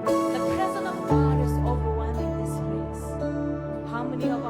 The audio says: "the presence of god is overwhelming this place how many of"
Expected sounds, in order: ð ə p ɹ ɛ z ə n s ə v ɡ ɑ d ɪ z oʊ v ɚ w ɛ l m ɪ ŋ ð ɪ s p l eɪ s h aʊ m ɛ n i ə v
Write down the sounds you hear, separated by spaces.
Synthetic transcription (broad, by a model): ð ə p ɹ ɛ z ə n ə v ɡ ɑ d ɪ z oʊ v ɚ w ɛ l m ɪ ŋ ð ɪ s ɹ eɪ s h aʊ m ɛ n i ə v